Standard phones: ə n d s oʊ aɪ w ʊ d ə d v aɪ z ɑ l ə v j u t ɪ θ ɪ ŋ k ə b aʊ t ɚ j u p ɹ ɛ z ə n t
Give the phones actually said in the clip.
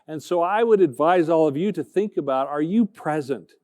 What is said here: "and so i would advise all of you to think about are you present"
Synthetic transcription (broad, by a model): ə n s oʊ aɪ w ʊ d ə d v aɪ z ɑ l ə v j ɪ t ɪ θ ɪ ŋ k ə b aʊ t ɚ j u p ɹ ɛ z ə n t